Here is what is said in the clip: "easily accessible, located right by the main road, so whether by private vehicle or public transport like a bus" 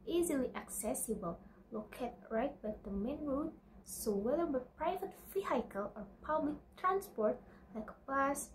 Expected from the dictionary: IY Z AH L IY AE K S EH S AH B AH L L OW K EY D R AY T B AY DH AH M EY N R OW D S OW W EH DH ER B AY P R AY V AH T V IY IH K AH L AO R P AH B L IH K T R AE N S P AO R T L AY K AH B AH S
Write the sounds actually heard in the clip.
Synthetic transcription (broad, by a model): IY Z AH L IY AE K S EH S AH B AH L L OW K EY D R AY T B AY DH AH M EY N R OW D S OW W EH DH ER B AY P R AY V AH T F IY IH K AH L AO R P AH B L IH K T R AE N S P AO R T L AY K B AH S